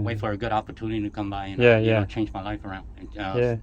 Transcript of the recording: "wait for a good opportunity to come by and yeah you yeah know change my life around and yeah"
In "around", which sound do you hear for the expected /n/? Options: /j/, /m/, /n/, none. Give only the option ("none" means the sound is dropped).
/n/